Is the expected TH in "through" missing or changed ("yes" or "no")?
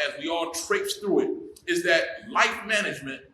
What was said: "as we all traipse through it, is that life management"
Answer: no